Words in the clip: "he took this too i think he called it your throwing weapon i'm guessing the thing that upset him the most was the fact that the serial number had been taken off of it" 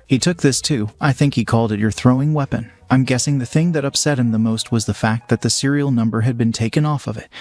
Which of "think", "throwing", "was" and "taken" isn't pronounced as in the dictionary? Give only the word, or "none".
none